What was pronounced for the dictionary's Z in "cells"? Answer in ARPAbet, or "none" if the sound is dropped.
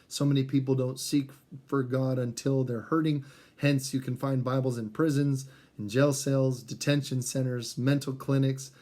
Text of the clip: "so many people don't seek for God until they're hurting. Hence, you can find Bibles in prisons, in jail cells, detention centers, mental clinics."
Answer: Z